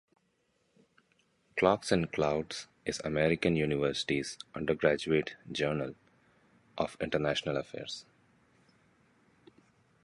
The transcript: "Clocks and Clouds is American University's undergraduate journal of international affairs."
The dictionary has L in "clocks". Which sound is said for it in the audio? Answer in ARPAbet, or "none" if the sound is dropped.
L